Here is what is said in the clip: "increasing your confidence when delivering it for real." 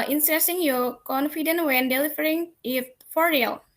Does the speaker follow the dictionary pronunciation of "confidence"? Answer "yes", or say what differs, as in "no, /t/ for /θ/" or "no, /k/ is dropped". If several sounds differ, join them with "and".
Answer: no, /s/ is dropped